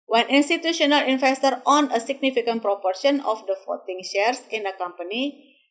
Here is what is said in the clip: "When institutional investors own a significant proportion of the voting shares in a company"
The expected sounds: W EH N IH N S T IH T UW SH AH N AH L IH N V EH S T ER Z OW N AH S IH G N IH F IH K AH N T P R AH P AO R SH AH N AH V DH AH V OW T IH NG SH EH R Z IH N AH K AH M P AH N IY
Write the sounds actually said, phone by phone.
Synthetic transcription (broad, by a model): W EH N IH N S T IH T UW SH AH N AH L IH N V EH S T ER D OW N AH S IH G N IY F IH K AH N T P R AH P AO R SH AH N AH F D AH F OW T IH NG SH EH R S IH N AH K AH M P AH N IY